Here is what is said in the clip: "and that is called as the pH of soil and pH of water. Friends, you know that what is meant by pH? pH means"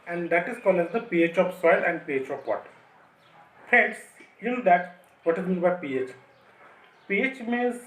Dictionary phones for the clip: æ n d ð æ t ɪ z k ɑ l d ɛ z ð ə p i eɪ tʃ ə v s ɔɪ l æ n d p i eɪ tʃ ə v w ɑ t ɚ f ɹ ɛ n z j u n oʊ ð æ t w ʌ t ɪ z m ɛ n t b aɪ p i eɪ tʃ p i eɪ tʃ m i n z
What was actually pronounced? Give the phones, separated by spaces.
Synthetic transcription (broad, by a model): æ n d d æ t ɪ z k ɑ l ɪ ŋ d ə p i eɪ tʃ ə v s ɔɪ l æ n d p i eɪ tʃ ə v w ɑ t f ɛ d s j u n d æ t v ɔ t ɪ z m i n b aɪ p i eɪ tʃ p i eɪ tʃ m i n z